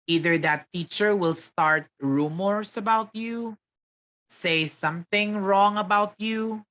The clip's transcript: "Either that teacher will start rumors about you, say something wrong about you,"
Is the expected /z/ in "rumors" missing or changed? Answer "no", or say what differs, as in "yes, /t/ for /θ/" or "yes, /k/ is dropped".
yes, /s/ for /z/